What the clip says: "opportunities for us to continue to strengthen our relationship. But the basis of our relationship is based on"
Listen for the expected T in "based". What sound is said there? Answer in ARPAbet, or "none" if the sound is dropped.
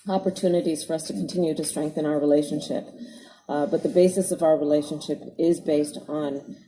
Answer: T